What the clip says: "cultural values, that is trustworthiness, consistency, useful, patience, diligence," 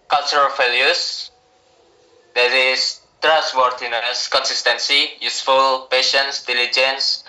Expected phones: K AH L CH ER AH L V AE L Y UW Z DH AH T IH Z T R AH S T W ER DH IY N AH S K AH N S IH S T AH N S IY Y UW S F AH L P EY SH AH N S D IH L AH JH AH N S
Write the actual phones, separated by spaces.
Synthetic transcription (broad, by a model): K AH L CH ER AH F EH L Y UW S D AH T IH S T R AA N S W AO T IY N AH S K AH N S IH S T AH N S IY Y UW S F AH L P EY SH AH N S D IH L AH JH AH N S